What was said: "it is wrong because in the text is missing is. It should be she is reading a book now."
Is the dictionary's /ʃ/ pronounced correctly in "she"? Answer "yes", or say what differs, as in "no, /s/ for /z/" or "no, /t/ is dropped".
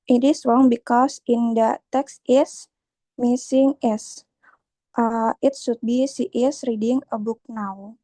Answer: no, /s/ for /ʃ/